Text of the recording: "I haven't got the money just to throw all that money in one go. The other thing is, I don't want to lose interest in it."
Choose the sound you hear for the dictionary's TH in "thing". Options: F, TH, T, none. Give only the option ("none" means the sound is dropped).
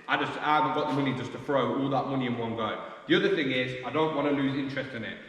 TH